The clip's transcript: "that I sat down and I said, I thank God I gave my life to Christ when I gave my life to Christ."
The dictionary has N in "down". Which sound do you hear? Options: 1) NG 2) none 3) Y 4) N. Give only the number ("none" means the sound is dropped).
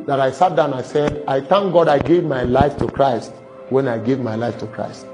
2